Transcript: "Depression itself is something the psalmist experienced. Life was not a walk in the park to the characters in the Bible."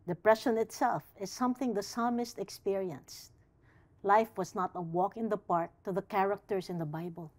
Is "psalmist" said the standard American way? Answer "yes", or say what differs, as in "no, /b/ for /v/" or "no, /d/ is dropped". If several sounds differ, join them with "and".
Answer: yes